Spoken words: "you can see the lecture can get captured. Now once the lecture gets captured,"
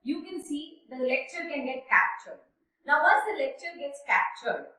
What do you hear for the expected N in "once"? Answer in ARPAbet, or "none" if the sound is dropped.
none